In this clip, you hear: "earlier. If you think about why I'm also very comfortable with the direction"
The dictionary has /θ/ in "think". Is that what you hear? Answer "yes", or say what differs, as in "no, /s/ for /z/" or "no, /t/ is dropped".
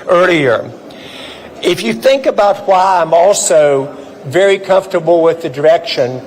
yes